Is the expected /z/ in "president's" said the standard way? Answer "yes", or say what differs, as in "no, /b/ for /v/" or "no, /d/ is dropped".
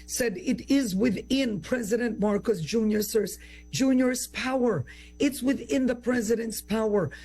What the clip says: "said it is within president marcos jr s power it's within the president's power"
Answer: yes